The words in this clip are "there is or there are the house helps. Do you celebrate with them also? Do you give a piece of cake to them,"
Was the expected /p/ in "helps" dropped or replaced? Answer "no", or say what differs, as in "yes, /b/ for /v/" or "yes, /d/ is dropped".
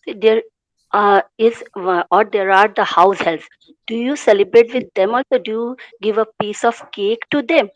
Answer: yes, /p/ is dropped